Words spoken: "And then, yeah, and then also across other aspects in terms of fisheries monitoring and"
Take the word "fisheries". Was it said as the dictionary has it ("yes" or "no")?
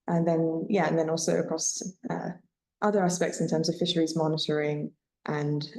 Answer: yes